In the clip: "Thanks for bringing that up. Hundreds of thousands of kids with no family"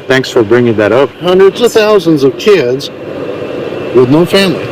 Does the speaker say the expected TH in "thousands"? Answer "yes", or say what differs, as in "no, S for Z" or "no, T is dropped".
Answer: yes